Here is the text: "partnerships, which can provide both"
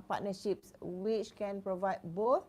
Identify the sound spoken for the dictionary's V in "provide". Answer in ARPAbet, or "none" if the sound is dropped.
V